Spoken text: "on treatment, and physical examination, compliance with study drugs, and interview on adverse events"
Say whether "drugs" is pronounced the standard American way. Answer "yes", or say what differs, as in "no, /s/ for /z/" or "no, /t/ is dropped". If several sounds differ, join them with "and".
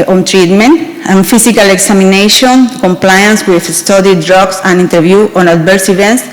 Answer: no, /s/ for /z/